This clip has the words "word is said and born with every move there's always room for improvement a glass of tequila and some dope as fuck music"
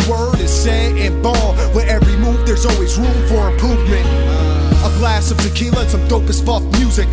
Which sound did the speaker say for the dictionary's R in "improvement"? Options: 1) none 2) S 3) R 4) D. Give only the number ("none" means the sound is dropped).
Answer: 1